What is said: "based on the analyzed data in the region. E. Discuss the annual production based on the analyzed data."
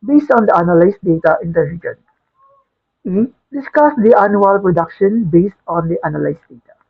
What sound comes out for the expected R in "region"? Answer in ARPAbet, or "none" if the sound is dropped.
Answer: L